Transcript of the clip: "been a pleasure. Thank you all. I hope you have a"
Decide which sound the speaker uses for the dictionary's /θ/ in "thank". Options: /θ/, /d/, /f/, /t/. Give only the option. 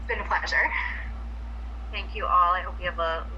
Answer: /θ/